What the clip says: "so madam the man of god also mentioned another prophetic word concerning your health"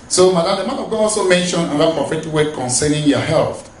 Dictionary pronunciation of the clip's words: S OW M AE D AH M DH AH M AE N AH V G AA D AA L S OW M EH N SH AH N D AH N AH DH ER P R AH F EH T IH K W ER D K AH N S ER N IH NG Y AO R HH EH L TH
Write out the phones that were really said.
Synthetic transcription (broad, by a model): S OW M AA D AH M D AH M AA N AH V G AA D AA L S OW M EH N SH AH N AH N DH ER P R AH F EH T IH K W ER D K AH N S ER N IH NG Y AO HH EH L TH